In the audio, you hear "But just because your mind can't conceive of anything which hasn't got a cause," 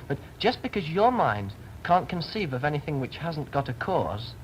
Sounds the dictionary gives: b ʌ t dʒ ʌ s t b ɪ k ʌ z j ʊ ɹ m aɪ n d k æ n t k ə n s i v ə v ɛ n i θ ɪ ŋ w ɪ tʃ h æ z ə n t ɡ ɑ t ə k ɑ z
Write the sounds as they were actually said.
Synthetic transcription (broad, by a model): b ʌ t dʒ ʌ s b ɪ k ʌ z j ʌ ɹ m aɪ n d k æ n k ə n s i v ə v ɛ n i θ ɪ ŋ w ɪ tʃ h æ z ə n ɡ ɑ t ə k ɑ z